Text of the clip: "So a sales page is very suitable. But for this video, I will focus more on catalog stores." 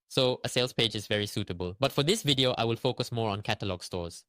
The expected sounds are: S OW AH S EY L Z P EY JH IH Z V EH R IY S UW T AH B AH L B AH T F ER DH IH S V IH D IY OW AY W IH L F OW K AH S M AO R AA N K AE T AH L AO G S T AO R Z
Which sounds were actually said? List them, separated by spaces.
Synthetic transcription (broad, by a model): S OW AH S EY L S P EY JH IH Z V EH R IY S UW T AH B AH L B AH T F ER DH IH S V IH D IY OW AY W IH L F OW K AH S M AO R AA N K AE T AH L AO G S T AO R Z